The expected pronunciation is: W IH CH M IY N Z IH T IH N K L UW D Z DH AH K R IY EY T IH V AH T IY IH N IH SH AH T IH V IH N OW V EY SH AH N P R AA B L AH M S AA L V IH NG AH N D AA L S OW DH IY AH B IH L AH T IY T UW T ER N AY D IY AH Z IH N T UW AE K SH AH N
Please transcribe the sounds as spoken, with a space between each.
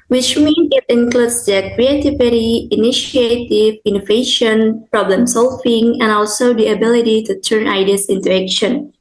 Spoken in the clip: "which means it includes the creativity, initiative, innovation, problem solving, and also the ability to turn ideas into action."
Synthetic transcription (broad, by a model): W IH CH M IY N IH T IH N K L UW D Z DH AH K R IY EY T IH V AH T IY IH N IH SH AH T IH V IH N OW V EY SH AH N P R AA B L AH M S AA L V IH NG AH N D AA L S OW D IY AH B IH L AH T IY T UW T ER N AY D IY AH S IH N T UW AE K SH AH N